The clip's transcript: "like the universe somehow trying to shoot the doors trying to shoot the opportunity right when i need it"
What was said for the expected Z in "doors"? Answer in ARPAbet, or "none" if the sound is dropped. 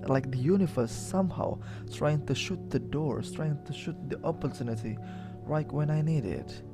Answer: none